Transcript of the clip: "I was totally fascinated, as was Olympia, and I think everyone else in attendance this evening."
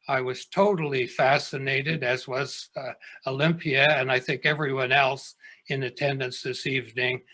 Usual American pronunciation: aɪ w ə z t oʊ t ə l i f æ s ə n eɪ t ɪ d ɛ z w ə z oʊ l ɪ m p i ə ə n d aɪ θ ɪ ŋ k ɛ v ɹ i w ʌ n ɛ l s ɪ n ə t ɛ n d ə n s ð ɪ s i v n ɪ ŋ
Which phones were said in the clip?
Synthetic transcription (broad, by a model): aɪ w ə z t oʊ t l i f æ s ə n eɪ t ɪ d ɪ z w ə z oʊ l ɪ m p i ə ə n aɪ θ ɪ ŋ k ɛ v ɹ i w ʌ n ɛ l s ɪ n ə t ɛ n d ə n s ð ɪ s i v n ɪ ŋ